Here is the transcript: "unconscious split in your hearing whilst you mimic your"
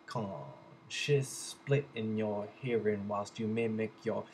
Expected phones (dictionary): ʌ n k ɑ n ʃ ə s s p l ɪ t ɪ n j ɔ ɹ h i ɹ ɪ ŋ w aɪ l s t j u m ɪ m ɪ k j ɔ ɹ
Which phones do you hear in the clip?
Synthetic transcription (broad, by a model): k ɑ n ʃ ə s s p l ɪ t ɪ n j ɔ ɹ h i ɹ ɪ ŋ w aɪ l s t j u m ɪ m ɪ k j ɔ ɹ